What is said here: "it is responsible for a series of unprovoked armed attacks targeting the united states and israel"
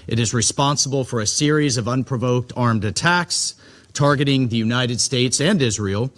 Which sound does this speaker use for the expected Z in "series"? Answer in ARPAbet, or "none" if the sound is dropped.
Z